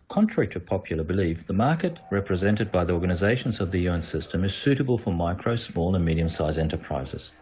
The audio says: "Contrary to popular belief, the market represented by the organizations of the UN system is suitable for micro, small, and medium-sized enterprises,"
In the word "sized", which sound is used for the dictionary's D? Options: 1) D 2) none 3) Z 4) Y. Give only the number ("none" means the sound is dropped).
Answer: 2